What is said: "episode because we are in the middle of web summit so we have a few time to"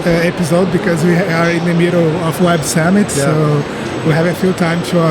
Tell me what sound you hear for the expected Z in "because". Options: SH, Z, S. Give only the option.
Z